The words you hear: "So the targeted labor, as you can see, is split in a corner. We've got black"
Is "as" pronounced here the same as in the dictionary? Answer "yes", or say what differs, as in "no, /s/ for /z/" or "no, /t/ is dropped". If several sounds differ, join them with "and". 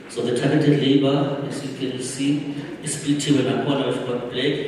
no, /s/ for /z/